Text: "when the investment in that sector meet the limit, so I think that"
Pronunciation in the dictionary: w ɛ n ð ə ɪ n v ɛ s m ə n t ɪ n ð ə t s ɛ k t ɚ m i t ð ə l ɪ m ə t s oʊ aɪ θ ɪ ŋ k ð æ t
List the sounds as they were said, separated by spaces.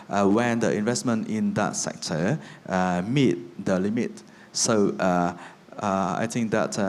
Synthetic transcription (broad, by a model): w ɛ n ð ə ɪ n v ɛ s m ə n t ɪ n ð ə t s ɛ k t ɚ m i t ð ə l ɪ m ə t s oʊ aɪ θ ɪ ŋ k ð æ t